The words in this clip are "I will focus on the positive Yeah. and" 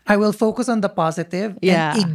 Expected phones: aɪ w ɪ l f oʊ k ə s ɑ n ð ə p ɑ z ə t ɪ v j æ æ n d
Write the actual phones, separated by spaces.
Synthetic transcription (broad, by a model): aɪ w ɪ l f oʊ k ə s n ð ə p ɑ z ə t ɪ v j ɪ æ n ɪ